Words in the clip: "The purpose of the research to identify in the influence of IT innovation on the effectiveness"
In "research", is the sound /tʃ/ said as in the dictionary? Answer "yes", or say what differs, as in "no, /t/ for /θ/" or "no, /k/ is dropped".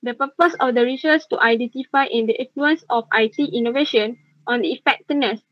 no, /s/ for /tʃ/